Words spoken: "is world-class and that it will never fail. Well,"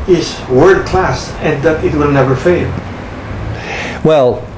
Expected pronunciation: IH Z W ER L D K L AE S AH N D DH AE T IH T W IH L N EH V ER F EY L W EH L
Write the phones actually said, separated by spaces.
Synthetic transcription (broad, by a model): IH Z W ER D K L AE S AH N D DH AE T IH T W IH L N EH V ER F EY L W EH L